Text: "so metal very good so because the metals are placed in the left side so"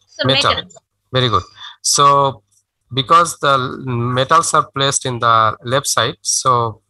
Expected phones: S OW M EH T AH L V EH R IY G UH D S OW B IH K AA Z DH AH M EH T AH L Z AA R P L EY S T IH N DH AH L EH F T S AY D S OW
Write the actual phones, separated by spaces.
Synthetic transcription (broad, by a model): M EH T AH L V EH R IY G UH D S OW B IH K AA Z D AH M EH T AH L S AA R P L EY S T IH N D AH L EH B S AY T S OW